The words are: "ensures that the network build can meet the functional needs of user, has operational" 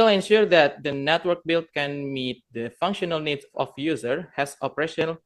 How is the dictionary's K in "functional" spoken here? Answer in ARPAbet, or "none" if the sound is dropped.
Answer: K